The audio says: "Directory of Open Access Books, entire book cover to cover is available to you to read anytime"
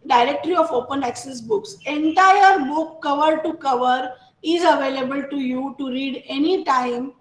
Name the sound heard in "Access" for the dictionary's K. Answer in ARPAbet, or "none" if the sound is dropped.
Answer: K